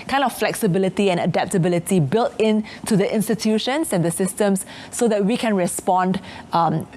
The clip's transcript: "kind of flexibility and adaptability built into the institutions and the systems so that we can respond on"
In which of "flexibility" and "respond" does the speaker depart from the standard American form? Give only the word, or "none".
none